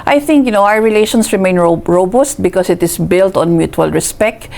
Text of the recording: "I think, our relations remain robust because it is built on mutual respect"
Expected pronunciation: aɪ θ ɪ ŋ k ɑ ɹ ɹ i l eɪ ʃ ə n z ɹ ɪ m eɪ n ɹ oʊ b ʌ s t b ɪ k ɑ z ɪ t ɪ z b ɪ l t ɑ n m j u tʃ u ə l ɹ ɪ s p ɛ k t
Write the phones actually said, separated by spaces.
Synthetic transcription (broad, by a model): aɪ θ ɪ ŋ k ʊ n ɹ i l eɪ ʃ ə n s ɹ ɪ m eɪ n ɹ oʊ b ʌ s t b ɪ k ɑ s ɪ t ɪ s b ɪ l t ɑ n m j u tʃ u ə l ɹ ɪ s p ɛ k t